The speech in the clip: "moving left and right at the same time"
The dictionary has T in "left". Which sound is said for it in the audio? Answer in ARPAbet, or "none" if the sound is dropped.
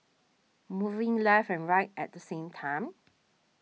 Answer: none